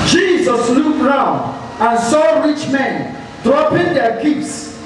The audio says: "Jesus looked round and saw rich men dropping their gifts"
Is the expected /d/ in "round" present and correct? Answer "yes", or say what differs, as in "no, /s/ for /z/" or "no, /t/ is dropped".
yes